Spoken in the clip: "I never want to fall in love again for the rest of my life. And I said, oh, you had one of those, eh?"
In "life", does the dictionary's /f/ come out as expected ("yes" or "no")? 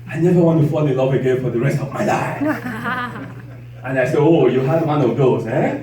no